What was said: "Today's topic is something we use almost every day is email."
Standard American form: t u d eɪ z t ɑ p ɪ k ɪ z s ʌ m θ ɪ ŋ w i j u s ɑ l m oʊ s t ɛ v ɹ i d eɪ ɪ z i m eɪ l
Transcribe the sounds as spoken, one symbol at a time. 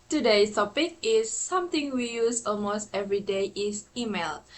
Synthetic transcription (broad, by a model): t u d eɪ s t ɑ p ɪ k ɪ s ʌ m t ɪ ŋ w i j u s ɑ l m oʊ s t ɛ v ɹ i d eɪ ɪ s i m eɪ l